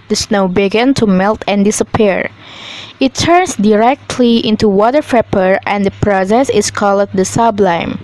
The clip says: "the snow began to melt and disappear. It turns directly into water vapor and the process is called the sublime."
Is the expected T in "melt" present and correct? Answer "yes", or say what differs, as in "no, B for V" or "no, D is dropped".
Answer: yes